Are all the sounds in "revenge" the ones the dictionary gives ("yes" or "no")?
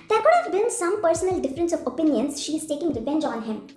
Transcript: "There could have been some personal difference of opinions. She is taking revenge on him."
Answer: no